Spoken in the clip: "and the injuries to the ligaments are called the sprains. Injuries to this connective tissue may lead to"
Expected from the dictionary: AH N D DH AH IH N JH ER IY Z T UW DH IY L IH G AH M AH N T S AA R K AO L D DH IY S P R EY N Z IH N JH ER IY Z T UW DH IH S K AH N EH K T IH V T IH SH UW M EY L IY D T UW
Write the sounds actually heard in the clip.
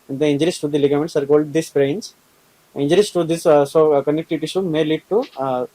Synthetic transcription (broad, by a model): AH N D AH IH N JH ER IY S T UW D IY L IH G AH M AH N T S AA R K AO L D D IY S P R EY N S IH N JH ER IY S T UW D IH S K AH N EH K T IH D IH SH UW M EY L IY D T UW